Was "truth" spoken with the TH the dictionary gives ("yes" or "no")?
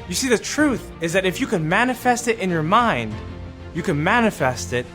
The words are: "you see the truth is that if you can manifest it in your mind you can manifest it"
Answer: yes